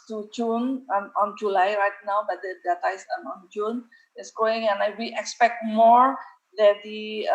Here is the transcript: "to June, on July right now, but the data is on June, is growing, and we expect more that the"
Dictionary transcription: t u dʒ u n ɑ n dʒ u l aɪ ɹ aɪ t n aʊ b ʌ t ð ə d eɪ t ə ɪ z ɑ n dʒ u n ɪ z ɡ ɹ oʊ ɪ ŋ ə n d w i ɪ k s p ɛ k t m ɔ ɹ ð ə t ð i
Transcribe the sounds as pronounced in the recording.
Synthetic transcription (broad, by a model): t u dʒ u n ɑ n dʒ u l aɪ ɹ aɪ t n aʊ b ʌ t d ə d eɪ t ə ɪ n ɑ n dʒ u n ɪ s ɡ oʊ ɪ ŋ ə n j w i ɪ k s p ɛ k t m ɔ ɹ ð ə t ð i